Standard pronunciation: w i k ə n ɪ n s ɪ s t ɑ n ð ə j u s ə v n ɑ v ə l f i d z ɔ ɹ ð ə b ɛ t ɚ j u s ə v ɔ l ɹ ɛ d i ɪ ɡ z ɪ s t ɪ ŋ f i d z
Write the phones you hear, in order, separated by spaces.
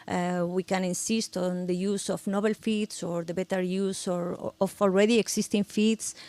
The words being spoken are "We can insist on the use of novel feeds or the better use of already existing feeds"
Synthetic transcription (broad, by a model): w i k ə n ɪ n s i s t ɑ n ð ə j u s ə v n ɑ b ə l f i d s ɔ ɹ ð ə b ɛ t ɚ j u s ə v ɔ l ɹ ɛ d i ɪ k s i s t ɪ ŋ f i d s